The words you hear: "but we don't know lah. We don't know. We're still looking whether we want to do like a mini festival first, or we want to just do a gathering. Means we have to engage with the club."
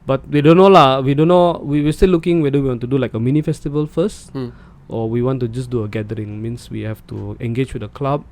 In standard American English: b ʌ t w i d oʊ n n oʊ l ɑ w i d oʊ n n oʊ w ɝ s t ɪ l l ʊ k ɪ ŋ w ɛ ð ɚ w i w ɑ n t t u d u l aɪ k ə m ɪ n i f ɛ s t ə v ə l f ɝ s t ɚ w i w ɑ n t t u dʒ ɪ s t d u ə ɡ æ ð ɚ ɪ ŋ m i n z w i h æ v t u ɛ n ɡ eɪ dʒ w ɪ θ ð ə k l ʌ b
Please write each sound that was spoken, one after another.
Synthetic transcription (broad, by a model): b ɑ t w i d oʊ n n oʊ l ɑ w i d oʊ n n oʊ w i s t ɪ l l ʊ k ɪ ŋ w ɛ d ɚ w i w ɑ n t t u d u l aɪ k ə m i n i f ɛ s t ə v ə l f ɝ s t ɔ w i w ɑ n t t u dʒ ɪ s d u ə ɡ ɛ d ɚ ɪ ŋ m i n s w i h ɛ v t u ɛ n ɡ eɪ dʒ w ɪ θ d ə k l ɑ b